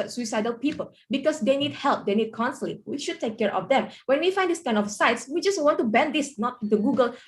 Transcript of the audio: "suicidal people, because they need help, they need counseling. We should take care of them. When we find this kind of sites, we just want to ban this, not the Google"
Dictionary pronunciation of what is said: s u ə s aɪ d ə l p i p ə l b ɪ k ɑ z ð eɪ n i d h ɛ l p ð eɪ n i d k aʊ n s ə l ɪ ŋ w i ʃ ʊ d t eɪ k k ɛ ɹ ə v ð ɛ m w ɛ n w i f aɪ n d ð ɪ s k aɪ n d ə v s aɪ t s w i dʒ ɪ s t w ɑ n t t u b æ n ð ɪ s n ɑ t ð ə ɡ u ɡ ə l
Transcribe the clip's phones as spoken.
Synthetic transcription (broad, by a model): s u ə s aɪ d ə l p i p ə l b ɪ k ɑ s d eɪ n i d h ɛ l p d eɪ n i d k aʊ n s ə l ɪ w i ʃ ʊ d t eɪ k k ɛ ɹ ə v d ɛ m w ɛ n w i f aɪ n d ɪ s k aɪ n ə f s aɪ t s w i dʒ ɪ s w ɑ n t t u b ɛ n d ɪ s n ɑ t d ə ɡ u ɡ ə l